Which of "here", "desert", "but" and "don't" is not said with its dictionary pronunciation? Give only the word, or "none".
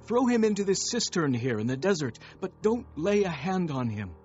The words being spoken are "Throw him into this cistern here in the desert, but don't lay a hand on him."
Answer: none